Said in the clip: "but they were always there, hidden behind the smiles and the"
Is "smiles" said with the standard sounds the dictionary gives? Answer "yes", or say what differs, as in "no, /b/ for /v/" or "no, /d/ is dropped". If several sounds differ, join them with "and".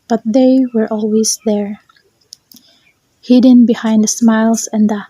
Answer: no, /s/ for /z/